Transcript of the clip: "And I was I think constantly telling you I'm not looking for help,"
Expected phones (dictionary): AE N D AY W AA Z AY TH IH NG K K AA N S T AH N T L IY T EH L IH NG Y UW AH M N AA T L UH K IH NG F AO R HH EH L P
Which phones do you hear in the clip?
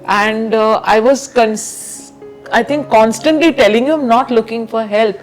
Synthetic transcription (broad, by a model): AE N D AY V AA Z AY T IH NG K K AA N S T AH N T L IY T EH L IH NG Y UW AH M N AA T L UH K IH NG F AO R HH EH L P